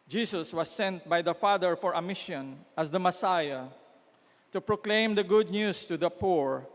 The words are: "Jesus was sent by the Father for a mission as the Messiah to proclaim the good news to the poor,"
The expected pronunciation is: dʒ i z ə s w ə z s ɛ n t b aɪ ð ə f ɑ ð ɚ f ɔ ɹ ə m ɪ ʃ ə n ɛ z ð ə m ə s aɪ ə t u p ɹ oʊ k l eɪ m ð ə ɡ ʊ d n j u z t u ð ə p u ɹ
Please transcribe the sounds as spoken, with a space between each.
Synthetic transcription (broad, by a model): dʒ i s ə s w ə s ɛ n t b aɪ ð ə f ɑ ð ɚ f ɔ ɹ ə m ɪ ʃ ə n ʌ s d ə m ə s aɪ ə t u p ɹ oʊ k l eɪ m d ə ɡ ʊ d n j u s t u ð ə p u ɹ